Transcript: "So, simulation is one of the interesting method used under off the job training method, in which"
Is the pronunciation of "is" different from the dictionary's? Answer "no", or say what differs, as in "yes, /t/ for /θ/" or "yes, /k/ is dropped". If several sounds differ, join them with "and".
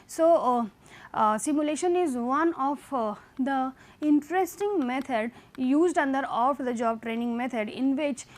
no